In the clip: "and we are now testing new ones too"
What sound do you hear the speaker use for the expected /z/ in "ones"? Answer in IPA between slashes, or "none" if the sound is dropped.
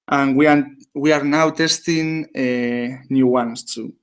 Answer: /s/